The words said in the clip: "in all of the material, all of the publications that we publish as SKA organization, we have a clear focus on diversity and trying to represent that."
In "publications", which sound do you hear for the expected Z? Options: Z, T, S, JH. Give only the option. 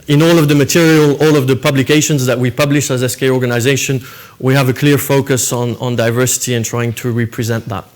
Z